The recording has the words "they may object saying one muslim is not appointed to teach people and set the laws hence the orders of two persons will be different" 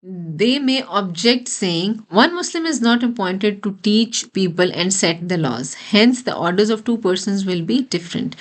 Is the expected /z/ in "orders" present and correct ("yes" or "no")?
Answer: yes